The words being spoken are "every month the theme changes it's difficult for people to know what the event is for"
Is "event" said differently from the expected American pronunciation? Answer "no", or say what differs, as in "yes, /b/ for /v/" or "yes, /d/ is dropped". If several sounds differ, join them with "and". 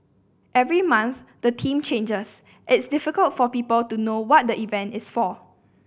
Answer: no